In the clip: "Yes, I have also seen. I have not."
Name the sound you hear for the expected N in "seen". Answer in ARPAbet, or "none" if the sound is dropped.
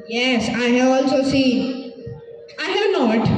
none